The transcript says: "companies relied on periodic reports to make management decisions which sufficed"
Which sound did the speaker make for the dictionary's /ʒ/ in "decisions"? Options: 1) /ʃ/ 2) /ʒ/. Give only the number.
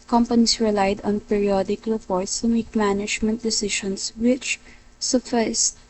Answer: 1